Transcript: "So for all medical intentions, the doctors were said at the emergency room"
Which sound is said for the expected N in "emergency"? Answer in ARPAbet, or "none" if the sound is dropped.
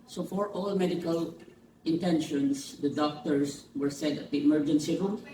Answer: N